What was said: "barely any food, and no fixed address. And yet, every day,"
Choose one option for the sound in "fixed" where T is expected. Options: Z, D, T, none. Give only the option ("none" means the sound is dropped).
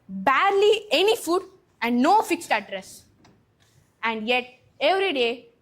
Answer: T